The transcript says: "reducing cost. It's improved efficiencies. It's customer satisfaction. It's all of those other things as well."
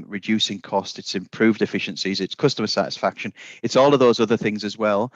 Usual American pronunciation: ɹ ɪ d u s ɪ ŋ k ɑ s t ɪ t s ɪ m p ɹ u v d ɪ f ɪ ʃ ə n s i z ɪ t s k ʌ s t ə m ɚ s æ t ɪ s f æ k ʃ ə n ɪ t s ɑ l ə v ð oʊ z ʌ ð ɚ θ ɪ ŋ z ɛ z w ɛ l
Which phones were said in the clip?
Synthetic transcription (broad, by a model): ɹ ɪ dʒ u s ɪ ŋ k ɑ s t ɪ t s ɪ m p ɹ u v d ɪ f ɪ ʃ ə n s i z ɪ t s k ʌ s t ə m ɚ s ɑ t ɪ s f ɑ k ʃ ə n ɪ t s ɑ l ə v ð oʊ z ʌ ð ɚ θ ɪ ŋ z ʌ z w ɛ l